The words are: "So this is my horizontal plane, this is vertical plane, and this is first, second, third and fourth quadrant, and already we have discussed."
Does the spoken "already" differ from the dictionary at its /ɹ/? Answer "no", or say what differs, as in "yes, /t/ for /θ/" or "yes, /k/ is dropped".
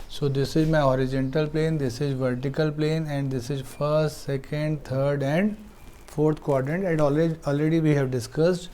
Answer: no